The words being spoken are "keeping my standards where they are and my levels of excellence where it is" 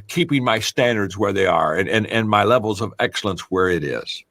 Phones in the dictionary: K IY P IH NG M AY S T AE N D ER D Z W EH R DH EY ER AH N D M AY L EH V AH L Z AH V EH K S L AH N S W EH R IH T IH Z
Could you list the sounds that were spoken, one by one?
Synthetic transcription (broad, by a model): K IY P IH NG M AY S T AE N D ER D Z W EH R DH EY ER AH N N M AY L EH V L Z AH V EH K S L AH N S W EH R IH T IH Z